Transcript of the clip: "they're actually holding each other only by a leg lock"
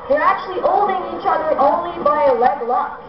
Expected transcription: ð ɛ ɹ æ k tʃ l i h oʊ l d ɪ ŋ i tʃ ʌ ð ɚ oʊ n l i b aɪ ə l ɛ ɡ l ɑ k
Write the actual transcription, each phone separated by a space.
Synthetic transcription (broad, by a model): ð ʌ ɹ æ k tʃ l i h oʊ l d ɪ ŋ i tʃ ʌ ð ɚ oʊ n l i b aɪ ə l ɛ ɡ l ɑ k